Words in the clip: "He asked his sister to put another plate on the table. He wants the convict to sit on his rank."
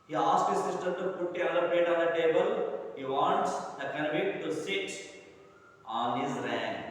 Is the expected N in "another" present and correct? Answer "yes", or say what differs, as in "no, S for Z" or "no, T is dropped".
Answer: no, N is dropped